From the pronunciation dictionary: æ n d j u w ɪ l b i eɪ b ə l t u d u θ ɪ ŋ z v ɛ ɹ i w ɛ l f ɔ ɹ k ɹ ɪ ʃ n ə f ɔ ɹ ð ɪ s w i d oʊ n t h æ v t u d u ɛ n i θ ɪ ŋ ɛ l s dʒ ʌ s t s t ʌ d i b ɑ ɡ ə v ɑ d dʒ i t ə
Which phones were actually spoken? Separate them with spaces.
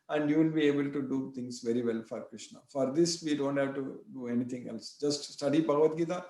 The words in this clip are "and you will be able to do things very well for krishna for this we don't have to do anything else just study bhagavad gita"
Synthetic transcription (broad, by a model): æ n d j u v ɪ l b i eɪ b ə l t u d u t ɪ ŋ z v ɛ ɹ i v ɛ l f ɔ ɹ k ɹ ɪ ʃ n ə f ɔ ɹ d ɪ s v i d oʊ n t h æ v t u d u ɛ n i t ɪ ŋ ɛ l s dʒ ʌ s t s t ʌ d i b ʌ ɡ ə v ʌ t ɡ i t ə